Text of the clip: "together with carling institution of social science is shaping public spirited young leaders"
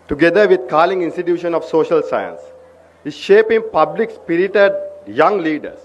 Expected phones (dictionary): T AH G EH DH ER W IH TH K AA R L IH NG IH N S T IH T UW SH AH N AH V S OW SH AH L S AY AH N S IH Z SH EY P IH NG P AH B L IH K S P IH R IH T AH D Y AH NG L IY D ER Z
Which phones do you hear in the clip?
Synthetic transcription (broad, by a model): T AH G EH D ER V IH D K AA L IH NG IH N S T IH T UW SH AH N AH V S OW SH AH L S AY AH N S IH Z SH EY P IH NG P AH B L IH K S P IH R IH T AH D Y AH NG L IY D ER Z